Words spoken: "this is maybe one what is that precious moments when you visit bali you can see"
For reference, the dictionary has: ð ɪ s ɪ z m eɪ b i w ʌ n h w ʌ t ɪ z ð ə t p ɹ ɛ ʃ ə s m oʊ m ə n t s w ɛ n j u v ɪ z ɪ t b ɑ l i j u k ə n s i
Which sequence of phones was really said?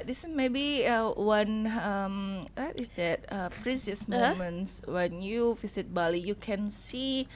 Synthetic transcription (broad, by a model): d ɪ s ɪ s m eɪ b i w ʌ n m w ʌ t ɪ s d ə t p ɹ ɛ s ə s m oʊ m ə n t s w ɛ n j u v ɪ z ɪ t b ɑ l i j u k ə n s i